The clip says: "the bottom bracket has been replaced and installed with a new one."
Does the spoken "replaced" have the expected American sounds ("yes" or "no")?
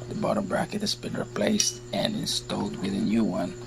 yes